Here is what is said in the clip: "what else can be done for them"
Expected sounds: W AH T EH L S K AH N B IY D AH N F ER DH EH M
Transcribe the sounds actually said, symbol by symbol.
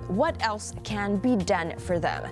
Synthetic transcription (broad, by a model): W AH T EH L S K AH N B IY D AH N F ER DH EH M